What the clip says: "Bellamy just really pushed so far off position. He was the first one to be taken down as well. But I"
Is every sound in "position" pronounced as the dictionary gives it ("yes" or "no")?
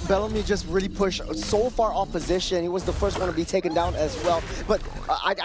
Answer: yes